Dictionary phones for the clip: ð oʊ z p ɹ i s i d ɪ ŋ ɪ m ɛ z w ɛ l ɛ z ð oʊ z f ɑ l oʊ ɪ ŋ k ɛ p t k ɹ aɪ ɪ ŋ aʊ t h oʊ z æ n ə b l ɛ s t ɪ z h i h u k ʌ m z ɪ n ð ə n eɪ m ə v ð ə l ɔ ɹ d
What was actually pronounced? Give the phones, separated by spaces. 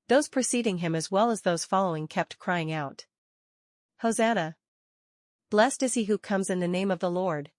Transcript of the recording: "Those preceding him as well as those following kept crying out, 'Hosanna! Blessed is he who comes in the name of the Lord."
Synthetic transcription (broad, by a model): ð oʊ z p ɹ i s i d ɪ ŋ ɪ m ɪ z w ɛ l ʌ z ð oʊ z f ɑ l oʊ ɪ ŋ k ɛ p t k ɹ aɪ ɪ ŋ aʊ t h oʊ z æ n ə b l ɛ s t ɪ z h i h u k ʌ m z ɪ n ð ə n eɪ m ə v ð ə l ɔ ɹ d